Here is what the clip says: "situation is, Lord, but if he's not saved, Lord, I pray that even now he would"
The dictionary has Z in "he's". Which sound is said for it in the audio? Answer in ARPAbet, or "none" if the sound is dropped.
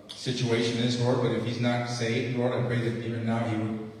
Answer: Z